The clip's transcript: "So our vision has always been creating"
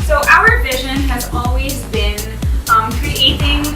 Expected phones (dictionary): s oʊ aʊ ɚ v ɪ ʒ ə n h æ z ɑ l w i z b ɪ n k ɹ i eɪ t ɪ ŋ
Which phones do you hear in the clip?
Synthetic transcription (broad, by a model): s oʊ aʊ ɚ v ɪ ʒ ə n h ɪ z ɑ l w i z b ɪ n k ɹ i eɪ t ɪ ŋ